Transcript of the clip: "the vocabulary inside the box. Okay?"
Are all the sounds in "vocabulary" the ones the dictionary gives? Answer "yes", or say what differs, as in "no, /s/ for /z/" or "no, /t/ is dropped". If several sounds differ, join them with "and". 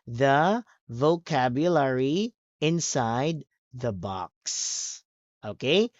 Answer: yes